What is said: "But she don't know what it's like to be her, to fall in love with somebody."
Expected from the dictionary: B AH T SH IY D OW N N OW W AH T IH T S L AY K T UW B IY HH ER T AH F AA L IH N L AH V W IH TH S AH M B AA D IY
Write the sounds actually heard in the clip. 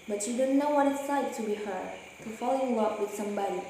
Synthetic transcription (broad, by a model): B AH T SH IY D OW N N OW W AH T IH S AY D T UW B IY HH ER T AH F AA L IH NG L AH P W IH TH S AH M B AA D IY